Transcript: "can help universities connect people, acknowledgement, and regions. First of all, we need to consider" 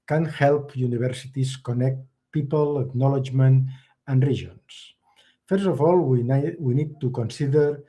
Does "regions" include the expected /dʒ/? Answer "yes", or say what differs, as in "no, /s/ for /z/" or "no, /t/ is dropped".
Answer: no, /ʒ/ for /dʒ/